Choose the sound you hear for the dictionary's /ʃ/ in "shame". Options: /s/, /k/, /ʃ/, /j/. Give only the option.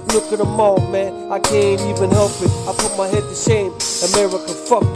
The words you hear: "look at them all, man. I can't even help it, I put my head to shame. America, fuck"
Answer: /s/